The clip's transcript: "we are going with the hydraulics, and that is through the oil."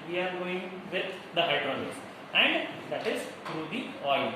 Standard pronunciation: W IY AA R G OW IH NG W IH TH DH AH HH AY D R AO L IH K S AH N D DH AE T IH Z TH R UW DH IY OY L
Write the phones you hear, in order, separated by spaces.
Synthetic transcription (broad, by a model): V IY AA R G OW IH NG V IH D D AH HH AY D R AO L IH S AH N D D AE T IH Z T R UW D IY OY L